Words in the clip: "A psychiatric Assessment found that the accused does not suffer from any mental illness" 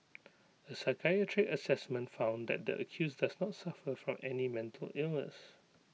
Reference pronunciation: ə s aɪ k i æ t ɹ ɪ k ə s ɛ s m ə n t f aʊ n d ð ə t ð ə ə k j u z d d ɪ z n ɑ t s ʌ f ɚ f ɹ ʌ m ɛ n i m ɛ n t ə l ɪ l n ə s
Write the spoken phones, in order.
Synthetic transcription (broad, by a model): ə s aɪ k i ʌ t ɹ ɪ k ə s ɛ s m ə n t f aʊ n d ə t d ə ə k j u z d d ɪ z n ɑ t s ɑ f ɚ f ɹ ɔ m ɛ n i m ɛ n t ə l ɪ l n ə s